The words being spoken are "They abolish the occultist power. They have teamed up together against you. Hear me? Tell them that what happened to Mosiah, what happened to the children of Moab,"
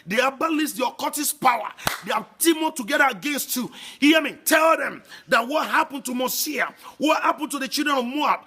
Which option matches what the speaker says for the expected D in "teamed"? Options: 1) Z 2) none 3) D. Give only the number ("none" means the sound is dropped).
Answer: 2